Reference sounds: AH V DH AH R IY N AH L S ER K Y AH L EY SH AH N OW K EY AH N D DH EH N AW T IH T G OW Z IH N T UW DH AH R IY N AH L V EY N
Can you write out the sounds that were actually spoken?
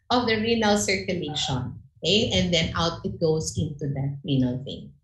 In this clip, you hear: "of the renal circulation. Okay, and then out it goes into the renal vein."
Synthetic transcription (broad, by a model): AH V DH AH R IY N AH L S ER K Y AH L EY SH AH N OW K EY AH N D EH N AW T IH T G OW S IH N T UW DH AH R IY N AH L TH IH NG